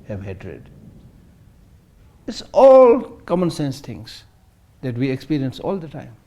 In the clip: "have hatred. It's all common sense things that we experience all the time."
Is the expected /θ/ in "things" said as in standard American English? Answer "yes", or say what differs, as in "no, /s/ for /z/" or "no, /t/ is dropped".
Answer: no, /t/ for /θ/